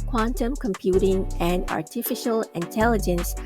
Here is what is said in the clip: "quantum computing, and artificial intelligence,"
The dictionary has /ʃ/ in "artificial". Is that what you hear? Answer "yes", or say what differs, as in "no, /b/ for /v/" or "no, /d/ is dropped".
yes